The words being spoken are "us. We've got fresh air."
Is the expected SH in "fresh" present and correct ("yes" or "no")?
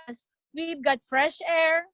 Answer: yes